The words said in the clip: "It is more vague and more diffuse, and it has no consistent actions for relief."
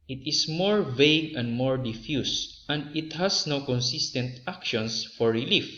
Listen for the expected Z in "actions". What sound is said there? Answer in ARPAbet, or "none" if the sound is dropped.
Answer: S